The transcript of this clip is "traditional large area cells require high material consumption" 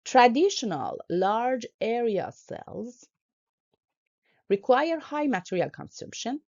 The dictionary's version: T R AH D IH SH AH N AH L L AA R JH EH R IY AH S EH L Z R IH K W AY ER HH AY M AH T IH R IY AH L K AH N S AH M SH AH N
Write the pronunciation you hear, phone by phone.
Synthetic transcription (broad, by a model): T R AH D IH SH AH N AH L L AA R JH EH R IY AH S EH L Z R IH K W AY ER HH AY M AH T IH R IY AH L K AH N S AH M SH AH N